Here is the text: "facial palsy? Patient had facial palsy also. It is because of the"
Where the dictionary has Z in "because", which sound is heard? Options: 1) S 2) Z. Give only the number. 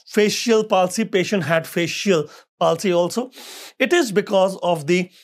2